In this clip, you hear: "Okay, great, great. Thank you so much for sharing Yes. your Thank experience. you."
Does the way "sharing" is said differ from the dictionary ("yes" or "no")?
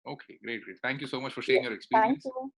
yes